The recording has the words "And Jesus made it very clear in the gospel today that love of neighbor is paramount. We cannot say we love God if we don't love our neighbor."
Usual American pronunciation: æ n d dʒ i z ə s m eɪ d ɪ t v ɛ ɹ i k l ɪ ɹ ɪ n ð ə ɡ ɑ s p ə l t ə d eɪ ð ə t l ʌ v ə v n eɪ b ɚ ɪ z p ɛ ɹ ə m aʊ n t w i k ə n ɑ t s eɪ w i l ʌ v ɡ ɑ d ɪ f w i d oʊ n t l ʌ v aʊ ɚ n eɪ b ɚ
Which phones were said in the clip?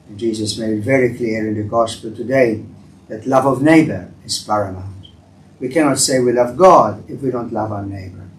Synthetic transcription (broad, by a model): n dʒ i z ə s m eɪ d ɪ t v ɛ ɹ i k l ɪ ɹ ɪ n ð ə ɡ ɑ s p ə l t ə d eɪ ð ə t l ʌ v ə v n eɪ b ɚ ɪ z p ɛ ɹ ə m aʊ t w i k ə n ɑ t s eɪ w i l ʌ v ɡ ɑ d ɪ f w i d oʊ n t l ʌ v aʊ ɚ n eɪ b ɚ